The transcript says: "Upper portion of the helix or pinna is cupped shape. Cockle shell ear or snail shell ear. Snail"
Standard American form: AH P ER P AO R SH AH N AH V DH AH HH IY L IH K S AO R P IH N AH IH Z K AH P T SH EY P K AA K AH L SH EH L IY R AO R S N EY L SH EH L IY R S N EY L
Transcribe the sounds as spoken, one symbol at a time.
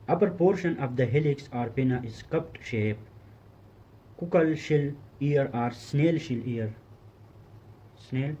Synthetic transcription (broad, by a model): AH P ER P AO R SH AH N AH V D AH HH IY L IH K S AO R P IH N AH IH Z K AH P T SH EY P K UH K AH L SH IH L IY R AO R S N EY L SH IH L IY R S N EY L